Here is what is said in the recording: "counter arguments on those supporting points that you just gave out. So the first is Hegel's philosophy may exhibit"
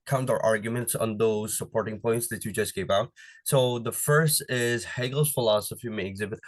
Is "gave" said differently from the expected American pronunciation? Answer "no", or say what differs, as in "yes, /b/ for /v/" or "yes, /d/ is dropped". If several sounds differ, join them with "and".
yes, /p/ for /v/